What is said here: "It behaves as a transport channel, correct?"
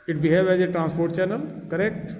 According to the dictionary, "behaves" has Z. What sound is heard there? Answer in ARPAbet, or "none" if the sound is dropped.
none